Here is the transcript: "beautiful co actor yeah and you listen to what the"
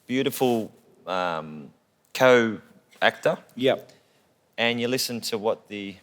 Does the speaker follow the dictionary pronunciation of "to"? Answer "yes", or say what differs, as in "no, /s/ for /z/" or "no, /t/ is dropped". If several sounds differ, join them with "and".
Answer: yes